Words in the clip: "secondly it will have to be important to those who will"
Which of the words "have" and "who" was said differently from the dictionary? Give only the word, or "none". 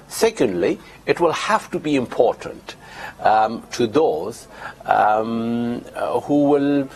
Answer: have